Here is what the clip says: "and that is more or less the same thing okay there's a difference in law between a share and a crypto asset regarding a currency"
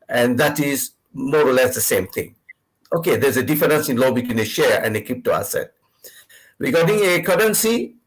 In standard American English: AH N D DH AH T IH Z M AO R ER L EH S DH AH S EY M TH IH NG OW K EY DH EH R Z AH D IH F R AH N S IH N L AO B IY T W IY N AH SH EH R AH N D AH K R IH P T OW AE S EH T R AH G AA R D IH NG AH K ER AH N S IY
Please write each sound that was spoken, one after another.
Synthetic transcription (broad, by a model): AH N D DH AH T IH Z M AO R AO L EH S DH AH S EY M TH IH NG OW K EY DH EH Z AH D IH F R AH N S IH N L AO B IY T W IY N AH SH EH R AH N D AH K IY P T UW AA S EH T R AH G AA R D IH NG AH K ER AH N S IY